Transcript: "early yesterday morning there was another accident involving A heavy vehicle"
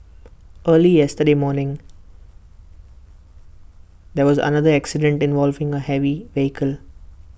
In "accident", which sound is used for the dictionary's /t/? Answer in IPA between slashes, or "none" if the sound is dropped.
/t/